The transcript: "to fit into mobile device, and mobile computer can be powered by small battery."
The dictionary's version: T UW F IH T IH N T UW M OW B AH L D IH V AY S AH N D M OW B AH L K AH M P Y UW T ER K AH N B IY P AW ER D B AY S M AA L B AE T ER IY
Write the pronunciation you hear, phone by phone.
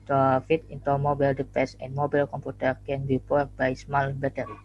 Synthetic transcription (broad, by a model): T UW F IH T IH N T UW M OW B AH L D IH P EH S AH N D M OW B AH L K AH M P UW T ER K AH N B IY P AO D B AY S M AA L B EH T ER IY